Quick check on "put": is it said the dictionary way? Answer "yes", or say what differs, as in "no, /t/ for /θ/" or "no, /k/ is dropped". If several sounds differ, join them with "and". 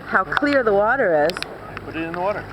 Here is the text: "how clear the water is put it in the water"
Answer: no, /b/ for /p/